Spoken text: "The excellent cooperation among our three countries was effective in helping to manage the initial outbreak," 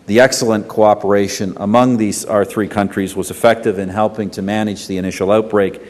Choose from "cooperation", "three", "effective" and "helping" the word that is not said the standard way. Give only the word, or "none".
none